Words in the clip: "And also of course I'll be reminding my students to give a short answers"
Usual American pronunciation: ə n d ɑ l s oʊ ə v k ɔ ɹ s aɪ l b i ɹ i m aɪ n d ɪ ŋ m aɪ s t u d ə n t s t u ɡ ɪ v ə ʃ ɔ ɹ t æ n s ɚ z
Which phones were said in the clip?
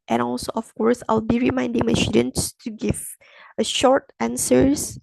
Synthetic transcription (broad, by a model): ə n ɑ l s oʊ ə f k ɔ ɹ s aɪ l b i ɹ i m aɪ n d ɪ ŋ m aɪ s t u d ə n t s t u ɡ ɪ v ə ʃ ɔ ɹ t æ n s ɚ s